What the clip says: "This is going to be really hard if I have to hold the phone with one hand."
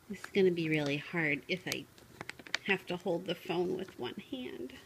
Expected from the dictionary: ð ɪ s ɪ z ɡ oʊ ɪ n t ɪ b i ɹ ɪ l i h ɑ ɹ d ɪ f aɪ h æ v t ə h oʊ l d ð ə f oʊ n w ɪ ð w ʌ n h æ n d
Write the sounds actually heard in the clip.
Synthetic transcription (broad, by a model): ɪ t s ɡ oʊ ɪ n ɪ b i ɹ ɪ l i h ɑ ɹ d ɪ f aɪ h æ f t ə h oʊ l d ð ə f oʊ n w ɪ ð w ʌ n h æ n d